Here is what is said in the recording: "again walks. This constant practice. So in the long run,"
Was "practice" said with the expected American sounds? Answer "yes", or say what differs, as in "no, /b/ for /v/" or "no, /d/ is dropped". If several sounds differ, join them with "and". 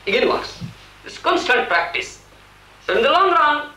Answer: yes